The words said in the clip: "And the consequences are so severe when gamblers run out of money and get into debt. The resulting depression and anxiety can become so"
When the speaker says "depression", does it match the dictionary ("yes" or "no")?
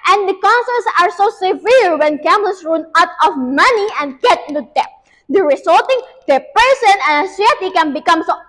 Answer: no